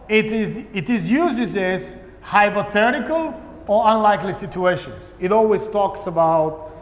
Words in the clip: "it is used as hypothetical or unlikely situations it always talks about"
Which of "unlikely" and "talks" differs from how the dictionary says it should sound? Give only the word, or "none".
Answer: none